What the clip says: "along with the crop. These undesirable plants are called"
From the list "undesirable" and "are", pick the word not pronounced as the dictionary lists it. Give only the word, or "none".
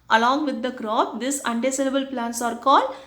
undesirable